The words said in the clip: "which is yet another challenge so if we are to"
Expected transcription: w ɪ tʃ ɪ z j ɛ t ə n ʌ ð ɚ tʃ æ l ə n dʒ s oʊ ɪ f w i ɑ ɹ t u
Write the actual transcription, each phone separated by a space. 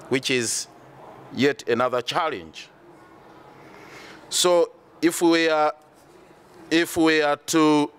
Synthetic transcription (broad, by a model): w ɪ tʃ ɪ z j ɛ t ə n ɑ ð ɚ tʃ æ l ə n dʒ s oʊ ɪ f w i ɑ w t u